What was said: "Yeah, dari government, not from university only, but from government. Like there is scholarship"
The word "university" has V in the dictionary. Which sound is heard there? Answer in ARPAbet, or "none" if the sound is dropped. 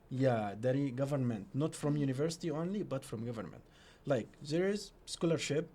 V